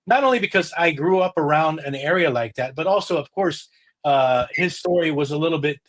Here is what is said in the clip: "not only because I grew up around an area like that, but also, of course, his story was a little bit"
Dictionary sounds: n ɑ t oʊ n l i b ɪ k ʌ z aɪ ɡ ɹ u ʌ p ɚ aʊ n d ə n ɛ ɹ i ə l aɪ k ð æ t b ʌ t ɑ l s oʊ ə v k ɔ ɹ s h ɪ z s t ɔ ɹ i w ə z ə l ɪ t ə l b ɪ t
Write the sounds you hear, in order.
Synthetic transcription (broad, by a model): n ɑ t oʊ n l i b ɪ k ʌ z aɪ ɡ ɹ u ʌ p ɚ aʊ n d ə n ɛ ɹ i ə l aɪ k ð æ t b ʌ t ɑ l s oʊ ə v k ɔ ɹ s h ɪ z s t ɔ ɹ i w ə z ə l ɪ t l b ɪ t